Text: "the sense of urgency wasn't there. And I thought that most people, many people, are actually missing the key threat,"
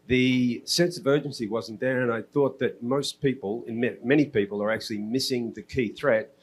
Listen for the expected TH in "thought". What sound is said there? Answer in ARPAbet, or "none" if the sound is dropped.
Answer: TH